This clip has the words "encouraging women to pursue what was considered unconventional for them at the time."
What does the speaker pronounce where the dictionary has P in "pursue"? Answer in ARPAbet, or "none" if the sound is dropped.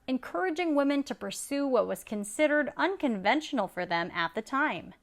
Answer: P